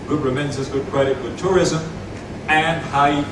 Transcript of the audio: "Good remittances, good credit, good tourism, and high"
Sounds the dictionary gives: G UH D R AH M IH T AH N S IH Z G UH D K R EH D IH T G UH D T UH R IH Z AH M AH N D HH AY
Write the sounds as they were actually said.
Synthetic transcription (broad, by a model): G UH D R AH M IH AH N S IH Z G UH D K R EH D IH T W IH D T UH R IH Z AH M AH N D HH AY